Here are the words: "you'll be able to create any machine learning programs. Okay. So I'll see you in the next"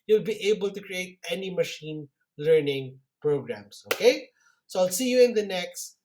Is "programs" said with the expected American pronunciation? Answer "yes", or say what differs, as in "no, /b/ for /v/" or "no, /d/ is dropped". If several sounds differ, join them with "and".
no, /s/ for /z/